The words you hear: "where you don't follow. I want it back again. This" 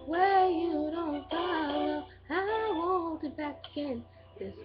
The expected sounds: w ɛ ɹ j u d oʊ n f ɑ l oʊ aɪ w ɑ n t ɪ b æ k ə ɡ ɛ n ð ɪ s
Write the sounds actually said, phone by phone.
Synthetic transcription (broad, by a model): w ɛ j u d oʊ n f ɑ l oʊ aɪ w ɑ t ɪ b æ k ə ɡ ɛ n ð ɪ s